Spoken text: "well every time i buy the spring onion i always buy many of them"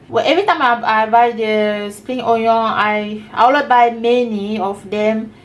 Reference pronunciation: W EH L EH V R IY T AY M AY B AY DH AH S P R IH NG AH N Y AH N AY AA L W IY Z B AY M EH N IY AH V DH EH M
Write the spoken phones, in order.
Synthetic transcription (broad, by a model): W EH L EH V R IY T AY M AY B AY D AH S P R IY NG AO Y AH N AY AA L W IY B AY M EH N IY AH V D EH M